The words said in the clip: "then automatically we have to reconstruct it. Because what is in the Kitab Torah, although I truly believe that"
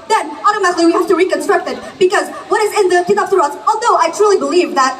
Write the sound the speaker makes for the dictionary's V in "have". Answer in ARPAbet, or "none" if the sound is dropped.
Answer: F